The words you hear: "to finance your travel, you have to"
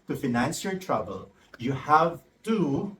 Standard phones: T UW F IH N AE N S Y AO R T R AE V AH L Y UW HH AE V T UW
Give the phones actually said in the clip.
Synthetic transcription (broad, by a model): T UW F IH N AE N S Y AO R T R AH B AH L Y UW HH AE V T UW